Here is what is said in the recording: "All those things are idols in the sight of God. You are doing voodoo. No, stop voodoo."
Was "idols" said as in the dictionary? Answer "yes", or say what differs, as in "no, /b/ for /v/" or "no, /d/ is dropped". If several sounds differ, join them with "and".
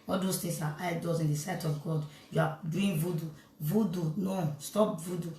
no, /l/ is dropped